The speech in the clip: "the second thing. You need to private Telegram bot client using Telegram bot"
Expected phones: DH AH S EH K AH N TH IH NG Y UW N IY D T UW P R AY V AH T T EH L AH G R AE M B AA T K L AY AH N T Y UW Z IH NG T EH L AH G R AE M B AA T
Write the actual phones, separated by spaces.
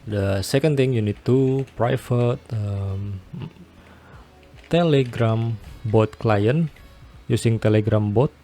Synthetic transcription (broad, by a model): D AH S EH K AH N T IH NG Y UW N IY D T UW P R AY F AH T T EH L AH G R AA M B AA T K L AY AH N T Y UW S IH NG T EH L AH G R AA M B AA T